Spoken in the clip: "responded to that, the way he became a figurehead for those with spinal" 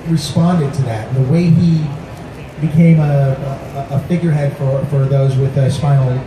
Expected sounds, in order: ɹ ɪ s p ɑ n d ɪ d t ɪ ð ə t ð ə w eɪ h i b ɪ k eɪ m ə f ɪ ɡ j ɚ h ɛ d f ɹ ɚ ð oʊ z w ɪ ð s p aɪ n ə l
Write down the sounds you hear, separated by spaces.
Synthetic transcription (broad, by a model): ɹ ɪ s p ɑ n d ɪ d t ɪ ð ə t ð ə w eɪ i b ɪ k eɪ m ə f ɪ ɡ j ɚ h ɛ d f ɹ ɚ ð oʊ z w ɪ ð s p aɪ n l